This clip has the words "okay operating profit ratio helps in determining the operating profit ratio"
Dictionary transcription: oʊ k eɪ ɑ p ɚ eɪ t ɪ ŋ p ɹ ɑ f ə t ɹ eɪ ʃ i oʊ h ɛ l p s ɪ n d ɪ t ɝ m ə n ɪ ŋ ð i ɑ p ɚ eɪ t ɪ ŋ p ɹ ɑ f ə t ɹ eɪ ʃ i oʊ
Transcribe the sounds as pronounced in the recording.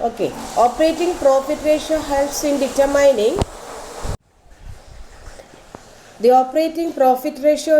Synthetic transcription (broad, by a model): oʊ k eɪ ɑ p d eɪ t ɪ ŋ p ɹ ɑ f ə t ɹ eɪ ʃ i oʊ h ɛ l s ɪ n d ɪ t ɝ m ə n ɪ ŋ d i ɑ p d eɪ t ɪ ŋ p ɹ ɑ f ə t ɹ eɪ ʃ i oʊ